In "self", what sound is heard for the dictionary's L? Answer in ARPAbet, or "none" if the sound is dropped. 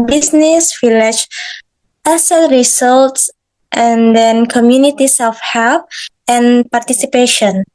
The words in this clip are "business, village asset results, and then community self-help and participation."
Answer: none